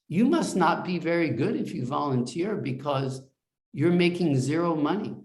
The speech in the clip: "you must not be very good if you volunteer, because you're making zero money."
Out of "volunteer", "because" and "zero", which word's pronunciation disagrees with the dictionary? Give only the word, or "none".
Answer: none